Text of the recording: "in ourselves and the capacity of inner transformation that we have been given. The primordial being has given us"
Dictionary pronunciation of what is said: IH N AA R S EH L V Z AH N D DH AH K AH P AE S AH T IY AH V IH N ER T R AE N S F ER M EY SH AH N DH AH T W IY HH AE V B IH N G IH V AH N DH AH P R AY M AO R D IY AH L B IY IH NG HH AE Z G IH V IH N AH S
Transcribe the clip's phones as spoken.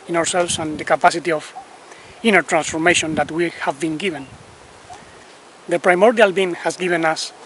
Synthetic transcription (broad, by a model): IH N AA R S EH L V S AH N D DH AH K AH P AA S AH T IY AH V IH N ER T R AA N S F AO M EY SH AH N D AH T W IY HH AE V B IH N G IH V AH N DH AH P R AY M AO R D IY AH L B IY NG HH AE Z G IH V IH N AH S